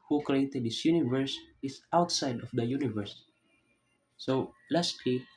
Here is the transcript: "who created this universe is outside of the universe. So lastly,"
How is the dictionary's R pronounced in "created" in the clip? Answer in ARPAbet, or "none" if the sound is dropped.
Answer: R